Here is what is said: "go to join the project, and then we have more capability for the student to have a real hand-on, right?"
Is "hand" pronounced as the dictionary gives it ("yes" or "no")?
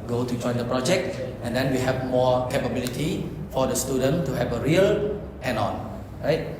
no